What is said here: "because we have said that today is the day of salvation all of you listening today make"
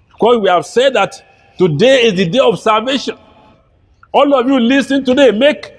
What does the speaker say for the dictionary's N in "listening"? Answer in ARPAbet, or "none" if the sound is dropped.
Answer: none